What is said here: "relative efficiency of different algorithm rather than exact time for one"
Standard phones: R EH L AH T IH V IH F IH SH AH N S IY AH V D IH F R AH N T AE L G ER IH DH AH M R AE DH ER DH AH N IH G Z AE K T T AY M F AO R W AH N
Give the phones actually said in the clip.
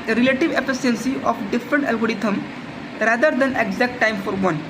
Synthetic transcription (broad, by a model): R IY L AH T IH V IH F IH S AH N S IY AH F D IH F R AH N T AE L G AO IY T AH M R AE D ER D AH N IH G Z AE K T T AY M F AO R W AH N